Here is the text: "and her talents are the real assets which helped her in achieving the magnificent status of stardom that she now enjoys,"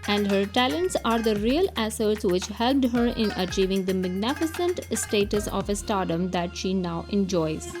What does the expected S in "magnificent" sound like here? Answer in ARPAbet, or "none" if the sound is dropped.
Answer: S